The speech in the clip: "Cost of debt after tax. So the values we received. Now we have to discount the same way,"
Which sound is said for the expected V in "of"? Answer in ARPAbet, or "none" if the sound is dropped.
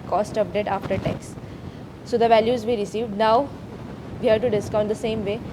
P